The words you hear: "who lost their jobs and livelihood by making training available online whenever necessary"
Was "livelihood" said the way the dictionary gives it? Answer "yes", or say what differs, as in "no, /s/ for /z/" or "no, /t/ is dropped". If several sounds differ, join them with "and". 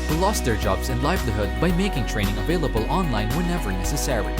no, /b/ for /v/